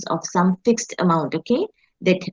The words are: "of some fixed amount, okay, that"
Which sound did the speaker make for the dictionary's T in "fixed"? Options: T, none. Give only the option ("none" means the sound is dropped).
T